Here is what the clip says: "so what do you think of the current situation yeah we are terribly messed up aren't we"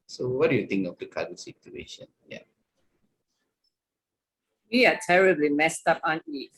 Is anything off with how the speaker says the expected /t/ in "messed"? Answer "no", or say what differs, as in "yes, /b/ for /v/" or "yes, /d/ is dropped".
no